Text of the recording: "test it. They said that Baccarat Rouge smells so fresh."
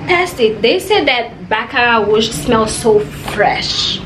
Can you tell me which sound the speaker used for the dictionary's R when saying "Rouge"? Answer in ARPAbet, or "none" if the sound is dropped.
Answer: W